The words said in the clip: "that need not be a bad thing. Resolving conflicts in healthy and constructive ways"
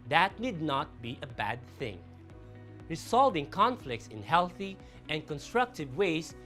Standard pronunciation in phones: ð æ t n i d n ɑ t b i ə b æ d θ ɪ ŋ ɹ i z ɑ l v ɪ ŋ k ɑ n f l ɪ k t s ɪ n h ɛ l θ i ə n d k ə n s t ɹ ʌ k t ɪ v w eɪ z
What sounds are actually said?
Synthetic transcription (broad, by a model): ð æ t n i d n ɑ t b i ə b æ d θ ɪ ŋ ɹ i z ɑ l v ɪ ŋ k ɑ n f l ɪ k t s ɪ n h ɛ l θ i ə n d k ə n s t ɹ ʌ k t ɪ v w eɪ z